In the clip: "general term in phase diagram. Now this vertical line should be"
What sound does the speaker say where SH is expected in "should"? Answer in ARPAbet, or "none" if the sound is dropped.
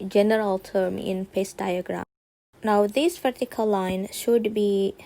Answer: SH